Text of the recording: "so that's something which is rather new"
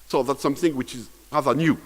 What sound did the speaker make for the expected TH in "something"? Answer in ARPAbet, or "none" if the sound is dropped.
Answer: TH